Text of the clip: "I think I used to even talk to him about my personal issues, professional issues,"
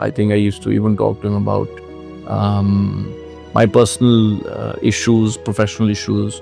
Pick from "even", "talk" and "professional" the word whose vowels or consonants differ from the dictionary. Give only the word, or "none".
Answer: none